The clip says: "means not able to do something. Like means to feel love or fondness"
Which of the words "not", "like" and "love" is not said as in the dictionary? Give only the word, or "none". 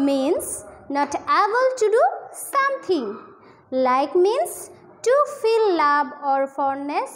love